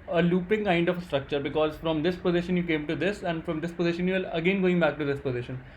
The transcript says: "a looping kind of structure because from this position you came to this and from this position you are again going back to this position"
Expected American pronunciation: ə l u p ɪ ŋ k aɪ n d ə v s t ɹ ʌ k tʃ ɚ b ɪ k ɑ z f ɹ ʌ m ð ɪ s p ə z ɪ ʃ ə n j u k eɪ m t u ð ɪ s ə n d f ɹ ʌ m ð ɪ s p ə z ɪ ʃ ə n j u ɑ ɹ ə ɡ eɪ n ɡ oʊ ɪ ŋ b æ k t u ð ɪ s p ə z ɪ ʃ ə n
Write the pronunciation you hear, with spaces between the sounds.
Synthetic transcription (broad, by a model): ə l u p ɪ ŋ k aɪ n d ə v s t ɹ ʌ k tʃ ɚ b ɪ k ɑ z f ɹ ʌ m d ɪ s p ə z ɪ ʃ ə n j u k eɪ m t u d ɪ s ə n d f ɹ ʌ m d ɪ s p ə z ɪ ʃ ə n j u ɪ l ə ɡ eɪ n ɡ oʊ ɪ ŋ b æ k t u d ɪ s p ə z ɪ ʃ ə n